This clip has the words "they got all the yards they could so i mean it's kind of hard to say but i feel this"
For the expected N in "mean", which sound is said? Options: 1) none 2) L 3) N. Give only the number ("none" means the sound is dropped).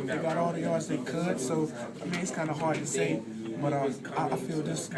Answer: 1